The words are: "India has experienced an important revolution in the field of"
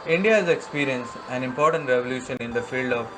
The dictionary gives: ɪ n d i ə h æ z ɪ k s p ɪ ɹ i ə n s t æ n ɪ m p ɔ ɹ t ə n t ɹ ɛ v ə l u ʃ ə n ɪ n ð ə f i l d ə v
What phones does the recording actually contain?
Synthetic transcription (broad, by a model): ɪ n d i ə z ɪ k s p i ɹ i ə n s æ n ɪ m p ɔ ɹ t ə n t ɹ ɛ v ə l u ʃ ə n ɪ n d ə f i l d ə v